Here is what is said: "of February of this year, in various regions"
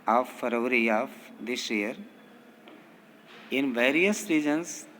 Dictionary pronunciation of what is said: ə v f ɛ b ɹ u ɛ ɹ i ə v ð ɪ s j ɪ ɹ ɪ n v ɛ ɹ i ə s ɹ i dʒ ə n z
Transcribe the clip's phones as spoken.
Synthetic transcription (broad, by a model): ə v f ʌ ɹ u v ɹ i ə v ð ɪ s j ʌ ɹ ɪ n v ɛ ɹ i ə s ɹ i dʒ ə n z